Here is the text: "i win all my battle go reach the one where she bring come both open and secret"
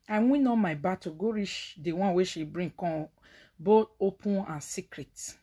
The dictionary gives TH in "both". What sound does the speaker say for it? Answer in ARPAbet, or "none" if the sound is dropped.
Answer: T